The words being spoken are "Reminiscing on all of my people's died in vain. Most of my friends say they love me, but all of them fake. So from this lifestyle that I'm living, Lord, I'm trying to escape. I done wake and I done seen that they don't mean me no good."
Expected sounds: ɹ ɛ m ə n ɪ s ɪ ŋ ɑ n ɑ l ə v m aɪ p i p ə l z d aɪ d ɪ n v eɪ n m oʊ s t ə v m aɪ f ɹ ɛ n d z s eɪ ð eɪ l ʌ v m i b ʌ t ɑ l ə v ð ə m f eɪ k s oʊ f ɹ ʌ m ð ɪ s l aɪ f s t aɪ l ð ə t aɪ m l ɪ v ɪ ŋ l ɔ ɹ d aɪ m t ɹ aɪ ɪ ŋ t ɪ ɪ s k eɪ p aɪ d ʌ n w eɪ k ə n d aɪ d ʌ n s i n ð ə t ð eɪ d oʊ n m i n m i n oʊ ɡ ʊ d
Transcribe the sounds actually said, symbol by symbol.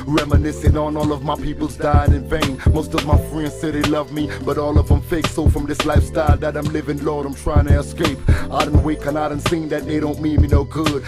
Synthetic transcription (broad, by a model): ɹ ɛ m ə n ɪ s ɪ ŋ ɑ n ɑ l ə v m aɪ p i p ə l z d aɪ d ɪ n v eɪ n m oʊ s t ə v m aɪ f ɹ ɛ n d z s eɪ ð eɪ l ʌ v m i b ʌ t ɑ l ə v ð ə m f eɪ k s oʊ f ɹ ʌ m ð ɪ s l aɪ f s t aɪ l ð ə t aɪ m l ɪ v ɪ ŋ l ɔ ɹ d aɪ m t ɹ aɪ ɪ ŋ t ɪ ɪ s k eɪ p aɪ d ʌ n w eɪ k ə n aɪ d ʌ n s i n ð ə t ð eɪ d oʊ n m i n m i n oʊ ɡ ʊ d